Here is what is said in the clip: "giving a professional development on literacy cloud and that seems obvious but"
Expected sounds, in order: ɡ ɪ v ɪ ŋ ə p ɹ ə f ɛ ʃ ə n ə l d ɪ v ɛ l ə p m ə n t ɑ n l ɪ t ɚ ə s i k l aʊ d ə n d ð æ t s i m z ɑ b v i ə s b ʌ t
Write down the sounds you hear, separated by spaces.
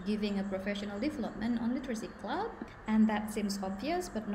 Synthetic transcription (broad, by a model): ɡ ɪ v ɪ ŋ ə p ɹ ə f ɛ ʃ ə n ə l d ɪ v ɛ l ə p m ə n t ɑ n l ɪ t ɚ ə s i k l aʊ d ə n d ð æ t s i m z ɑ b v i ə s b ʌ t